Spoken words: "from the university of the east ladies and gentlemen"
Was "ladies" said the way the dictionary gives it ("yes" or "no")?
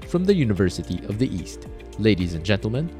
yes